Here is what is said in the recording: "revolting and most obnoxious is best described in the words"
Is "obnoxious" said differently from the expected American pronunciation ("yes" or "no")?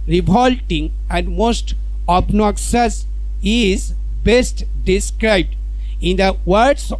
yes